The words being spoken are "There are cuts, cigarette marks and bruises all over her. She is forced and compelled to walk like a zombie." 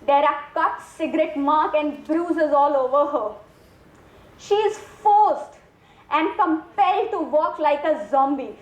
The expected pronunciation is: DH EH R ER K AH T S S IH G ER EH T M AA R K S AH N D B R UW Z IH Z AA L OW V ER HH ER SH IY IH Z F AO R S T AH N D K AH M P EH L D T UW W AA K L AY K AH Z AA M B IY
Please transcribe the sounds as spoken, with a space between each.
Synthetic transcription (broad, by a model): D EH R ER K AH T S S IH G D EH T M AA R K AH N D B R UW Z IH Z AA L OW V ER HH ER SH IY IH Z F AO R S T AH N D K AH M P EH L D T UW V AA K L AY K AH Z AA M B IY